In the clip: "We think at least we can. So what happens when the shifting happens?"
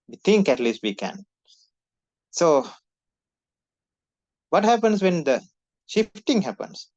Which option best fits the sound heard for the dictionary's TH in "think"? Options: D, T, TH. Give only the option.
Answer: T